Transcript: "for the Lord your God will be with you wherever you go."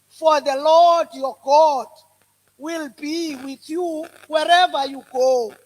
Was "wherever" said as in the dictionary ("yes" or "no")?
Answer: yes